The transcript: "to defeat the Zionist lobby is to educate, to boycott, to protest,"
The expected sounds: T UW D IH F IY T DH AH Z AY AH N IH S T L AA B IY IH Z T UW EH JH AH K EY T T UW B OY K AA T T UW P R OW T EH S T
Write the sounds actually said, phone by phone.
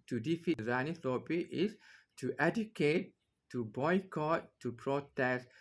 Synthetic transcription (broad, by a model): T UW D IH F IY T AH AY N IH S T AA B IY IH S T UW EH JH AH K EY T T UW B OY K AA T T UW P R OW T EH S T